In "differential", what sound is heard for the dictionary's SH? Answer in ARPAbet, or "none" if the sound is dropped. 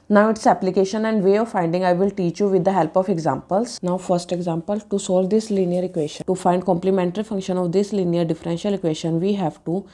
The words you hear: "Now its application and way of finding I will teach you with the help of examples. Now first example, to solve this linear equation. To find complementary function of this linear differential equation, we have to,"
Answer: SH